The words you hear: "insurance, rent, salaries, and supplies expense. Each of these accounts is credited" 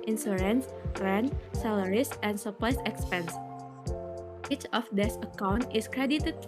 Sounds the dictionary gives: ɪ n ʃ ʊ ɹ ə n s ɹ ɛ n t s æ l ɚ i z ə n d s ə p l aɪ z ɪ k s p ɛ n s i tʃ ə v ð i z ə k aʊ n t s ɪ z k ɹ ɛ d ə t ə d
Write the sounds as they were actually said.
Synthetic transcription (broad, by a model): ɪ n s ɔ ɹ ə n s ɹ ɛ n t s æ l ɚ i s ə n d s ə p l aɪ s ɪ k s p ɛ n s i tʃ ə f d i s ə k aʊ n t ɪ s k ɹ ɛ d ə t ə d